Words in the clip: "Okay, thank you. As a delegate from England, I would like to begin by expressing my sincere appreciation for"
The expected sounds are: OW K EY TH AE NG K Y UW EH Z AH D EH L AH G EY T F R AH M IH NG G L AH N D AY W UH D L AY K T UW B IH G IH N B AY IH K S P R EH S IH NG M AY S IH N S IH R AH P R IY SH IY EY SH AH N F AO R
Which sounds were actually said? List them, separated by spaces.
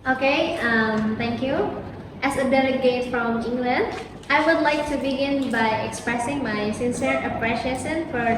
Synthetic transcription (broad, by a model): OW K EY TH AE NG K Y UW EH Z AH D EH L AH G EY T F R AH M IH NG G L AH N D AY W UH D L AY K T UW B IH G IH N B AY IH K S P R EH S IH NG M AY S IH N S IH R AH P R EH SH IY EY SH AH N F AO R